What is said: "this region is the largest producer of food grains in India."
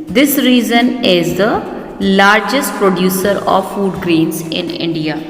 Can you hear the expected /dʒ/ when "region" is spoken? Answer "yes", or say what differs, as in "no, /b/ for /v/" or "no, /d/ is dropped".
no, /z/ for /dʒ/